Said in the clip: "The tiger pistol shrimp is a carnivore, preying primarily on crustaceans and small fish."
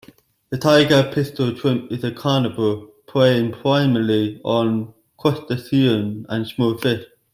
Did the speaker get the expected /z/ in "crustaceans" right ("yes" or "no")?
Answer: no